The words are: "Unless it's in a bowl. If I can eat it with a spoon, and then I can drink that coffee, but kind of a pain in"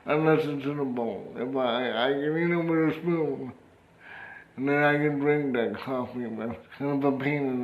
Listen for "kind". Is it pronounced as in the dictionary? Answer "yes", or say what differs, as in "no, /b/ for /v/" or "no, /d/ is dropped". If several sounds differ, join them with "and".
no, /d/ is dropped